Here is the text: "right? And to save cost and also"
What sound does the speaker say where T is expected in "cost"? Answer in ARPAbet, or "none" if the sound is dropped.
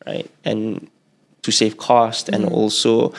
T